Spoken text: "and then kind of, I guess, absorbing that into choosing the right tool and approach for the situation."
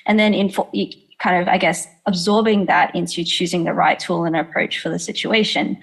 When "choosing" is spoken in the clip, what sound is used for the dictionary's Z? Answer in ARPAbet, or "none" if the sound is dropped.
Z